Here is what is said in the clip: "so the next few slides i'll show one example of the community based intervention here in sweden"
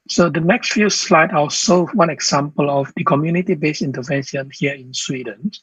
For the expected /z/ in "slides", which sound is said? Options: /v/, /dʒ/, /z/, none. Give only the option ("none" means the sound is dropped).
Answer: none